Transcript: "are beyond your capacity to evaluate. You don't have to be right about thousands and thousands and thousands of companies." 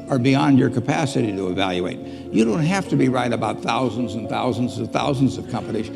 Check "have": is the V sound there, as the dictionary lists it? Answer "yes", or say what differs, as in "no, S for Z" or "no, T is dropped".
no, F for V